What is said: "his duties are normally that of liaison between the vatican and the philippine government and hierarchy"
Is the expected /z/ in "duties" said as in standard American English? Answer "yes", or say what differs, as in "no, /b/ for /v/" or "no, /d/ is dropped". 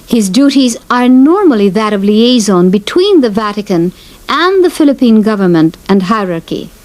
yes